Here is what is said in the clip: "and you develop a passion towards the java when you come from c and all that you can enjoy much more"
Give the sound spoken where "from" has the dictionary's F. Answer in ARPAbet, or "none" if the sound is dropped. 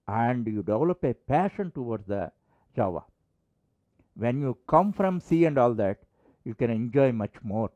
F